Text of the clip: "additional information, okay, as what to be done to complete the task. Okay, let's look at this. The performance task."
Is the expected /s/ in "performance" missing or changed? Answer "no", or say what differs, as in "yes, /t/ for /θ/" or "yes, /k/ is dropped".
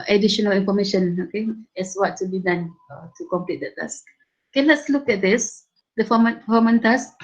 yes, /s/ is dropped